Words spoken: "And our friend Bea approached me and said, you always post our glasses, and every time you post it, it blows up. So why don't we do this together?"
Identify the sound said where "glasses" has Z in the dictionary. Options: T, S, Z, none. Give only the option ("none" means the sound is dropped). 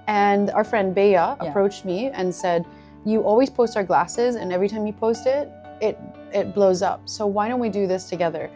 Z